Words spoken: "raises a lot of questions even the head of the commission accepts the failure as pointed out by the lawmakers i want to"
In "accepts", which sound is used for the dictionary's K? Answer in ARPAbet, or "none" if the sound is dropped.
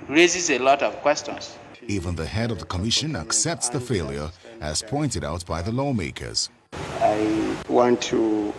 K